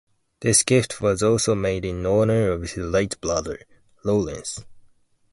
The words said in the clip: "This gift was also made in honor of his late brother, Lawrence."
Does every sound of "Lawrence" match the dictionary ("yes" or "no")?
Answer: no